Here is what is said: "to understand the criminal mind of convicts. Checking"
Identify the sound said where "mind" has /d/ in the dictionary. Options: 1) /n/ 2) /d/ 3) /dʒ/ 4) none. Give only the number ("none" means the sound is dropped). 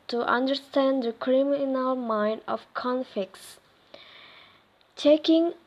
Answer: 2